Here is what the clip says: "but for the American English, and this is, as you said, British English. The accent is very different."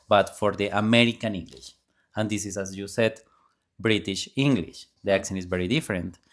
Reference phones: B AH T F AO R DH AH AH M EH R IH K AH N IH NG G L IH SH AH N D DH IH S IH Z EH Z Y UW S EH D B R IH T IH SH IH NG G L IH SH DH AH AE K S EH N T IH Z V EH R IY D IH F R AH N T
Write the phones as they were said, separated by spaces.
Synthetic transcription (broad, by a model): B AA T F AO R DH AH AH M EH R IH K AH N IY NG G L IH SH AH N D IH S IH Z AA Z Y UW S EH D B R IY T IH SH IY NG G L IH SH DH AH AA K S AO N IH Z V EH R IY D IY F R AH N T